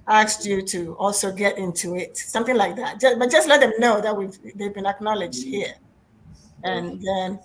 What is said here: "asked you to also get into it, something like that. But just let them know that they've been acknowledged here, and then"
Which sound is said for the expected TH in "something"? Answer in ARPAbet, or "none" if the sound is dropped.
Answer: TH